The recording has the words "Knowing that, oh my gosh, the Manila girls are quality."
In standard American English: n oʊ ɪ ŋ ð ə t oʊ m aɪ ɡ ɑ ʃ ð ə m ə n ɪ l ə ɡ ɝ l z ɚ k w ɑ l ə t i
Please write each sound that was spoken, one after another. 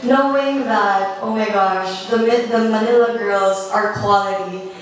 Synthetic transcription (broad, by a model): n oʊ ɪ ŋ ð ə t oʊ m aɪ ɡ ɑ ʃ ð ə m ə n ɪ l ə ɡ ɝ l z ɚ k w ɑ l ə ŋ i